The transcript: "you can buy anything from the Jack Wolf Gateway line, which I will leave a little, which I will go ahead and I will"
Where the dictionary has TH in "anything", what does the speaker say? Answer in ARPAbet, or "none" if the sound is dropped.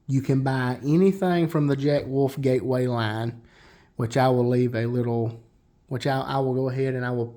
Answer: TH